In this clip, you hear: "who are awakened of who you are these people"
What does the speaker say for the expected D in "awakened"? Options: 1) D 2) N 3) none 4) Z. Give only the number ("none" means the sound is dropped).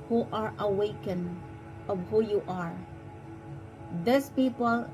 3